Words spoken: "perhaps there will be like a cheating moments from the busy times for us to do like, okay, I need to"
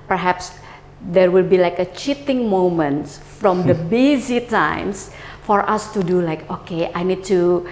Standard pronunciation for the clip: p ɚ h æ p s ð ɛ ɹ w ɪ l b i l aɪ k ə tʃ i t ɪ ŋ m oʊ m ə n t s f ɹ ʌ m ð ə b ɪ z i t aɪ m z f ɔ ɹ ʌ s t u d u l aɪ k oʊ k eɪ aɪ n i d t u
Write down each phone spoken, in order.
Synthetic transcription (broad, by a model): p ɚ h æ p s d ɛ ɹ w ɪ l b i l aɪ k ə tʃ i t ɪ ŋ m oʊ m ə n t f ɹ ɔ m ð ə b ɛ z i t aɪ m s f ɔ ɹ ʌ s t u d u l aɪ k oʊ k eɪ aɪ n i d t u